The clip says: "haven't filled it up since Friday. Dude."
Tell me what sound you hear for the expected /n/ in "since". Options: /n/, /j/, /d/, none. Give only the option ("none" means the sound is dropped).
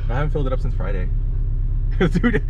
/n/